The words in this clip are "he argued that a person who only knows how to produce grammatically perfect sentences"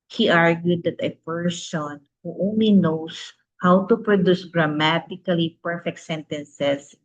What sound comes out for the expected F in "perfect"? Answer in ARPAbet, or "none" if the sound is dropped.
F